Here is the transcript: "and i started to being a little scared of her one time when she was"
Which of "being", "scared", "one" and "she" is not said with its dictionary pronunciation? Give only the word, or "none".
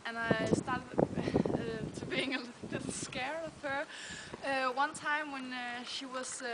scared